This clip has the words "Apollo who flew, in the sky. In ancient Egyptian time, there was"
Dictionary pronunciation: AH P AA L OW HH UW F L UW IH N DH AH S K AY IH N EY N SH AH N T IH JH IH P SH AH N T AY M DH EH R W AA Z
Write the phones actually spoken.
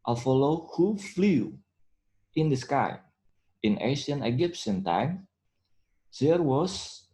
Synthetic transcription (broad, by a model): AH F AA L OW HH UW F L UW IH N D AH S K AY IH N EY SH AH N IH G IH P S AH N T AY M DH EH R W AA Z